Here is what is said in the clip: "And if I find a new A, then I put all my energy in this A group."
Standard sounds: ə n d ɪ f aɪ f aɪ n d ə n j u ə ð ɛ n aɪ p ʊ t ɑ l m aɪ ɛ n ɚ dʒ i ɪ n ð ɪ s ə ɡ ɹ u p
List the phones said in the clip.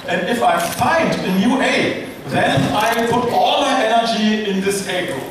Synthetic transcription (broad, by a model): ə n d ɪ f aɪ f aɪ n d ə n j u ə ð ɛ n aɪ p ʊ t ɑ l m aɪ ɛ n ɚ dʒ i ɪ n ð ɪ s ə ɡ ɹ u